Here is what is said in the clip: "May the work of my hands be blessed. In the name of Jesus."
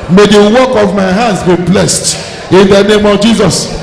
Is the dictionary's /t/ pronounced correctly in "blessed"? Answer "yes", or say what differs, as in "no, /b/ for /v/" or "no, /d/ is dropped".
yes